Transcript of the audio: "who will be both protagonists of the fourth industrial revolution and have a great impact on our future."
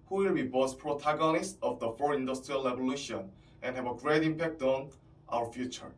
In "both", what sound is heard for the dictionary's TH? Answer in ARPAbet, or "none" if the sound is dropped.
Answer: S